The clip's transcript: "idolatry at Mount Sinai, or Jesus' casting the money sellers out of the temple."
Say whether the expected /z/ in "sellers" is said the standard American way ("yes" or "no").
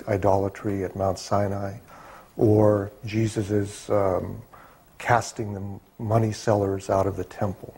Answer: yes